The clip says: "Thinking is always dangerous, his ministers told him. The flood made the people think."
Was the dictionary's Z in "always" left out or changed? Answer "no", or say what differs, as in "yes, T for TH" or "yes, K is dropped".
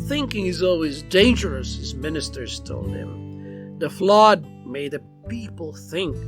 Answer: no